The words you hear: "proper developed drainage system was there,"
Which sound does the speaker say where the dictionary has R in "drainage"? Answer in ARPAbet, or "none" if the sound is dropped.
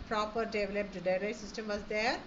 none